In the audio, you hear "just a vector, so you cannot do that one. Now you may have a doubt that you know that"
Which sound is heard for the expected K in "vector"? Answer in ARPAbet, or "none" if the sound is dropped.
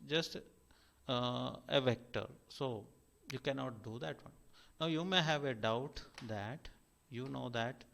K